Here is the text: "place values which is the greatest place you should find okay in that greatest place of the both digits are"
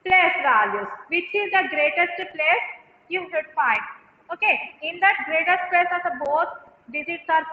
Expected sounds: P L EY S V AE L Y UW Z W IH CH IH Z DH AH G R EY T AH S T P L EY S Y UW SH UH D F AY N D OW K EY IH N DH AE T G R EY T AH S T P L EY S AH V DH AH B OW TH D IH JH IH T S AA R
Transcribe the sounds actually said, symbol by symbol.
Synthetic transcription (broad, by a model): P L EY S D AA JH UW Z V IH CH IH Z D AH G R EY T AH S T P L EY S Y UW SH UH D F AY N D OW K EY IH N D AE T G R EY T AH S T P L EY S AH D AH B OW T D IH Z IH T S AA R